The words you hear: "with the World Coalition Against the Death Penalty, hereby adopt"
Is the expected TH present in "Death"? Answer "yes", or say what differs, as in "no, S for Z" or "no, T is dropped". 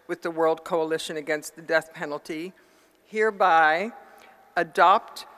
yes